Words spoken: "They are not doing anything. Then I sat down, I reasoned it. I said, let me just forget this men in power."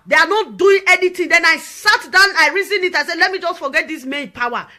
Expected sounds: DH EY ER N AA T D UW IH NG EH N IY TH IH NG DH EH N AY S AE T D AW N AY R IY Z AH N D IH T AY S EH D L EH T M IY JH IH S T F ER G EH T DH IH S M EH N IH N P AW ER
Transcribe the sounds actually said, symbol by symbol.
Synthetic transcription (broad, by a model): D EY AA N AA T D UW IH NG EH N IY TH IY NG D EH N AY S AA T D AW N AY R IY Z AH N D IH T AY S EH D L EH T M IY JH IH S T F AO G EH T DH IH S M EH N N P AW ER